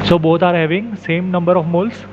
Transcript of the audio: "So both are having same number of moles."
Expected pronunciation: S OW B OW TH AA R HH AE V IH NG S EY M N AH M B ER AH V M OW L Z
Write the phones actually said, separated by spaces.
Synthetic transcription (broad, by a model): S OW B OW T AA R HH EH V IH NG S EY M N AH M B ER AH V M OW L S